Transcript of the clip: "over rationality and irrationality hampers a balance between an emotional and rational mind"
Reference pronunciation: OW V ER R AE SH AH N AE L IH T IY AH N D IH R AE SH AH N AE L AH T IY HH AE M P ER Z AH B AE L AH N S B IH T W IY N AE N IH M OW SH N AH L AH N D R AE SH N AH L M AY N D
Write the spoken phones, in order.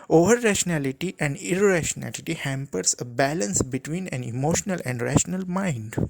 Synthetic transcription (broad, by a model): OW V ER R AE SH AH N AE L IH T IY AH N D IH R AE SH AH N AE L AH T IY HH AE M P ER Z AH B AE L AH N S B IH T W IY N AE N IH M OW SH N AH L AH N D R AE SH N AH L M AY N D